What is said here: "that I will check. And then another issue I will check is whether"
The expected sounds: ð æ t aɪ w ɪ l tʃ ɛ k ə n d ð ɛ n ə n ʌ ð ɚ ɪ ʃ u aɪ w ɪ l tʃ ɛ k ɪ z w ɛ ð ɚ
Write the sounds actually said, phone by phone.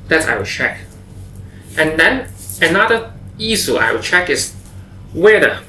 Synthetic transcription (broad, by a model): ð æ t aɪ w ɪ tʃ ɛ k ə n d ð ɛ n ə n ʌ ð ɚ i s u aɪ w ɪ tʃ ɛ k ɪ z w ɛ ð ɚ